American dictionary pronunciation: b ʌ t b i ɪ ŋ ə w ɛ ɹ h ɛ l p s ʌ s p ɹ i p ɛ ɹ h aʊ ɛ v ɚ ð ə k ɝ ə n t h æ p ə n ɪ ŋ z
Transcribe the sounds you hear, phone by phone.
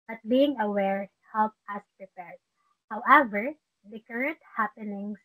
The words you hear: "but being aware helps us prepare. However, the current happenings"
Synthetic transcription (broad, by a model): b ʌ t b i ɪ ŋ ə w ɛ ɹ h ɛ l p ʌ s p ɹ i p ɛ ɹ h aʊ ɛ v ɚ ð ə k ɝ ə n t h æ p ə n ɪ ŋ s